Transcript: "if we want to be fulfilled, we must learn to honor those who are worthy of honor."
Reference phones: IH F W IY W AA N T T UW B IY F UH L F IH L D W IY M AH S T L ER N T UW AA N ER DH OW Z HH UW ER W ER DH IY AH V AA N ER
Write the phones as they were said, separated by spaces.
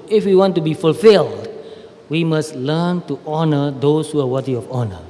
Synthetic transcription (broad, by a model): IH F W IY W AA N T T UW B IY F UH L F IH L D W IY M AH S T L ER N T UW AA N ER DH OW S HH UW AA W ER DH IY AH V AA N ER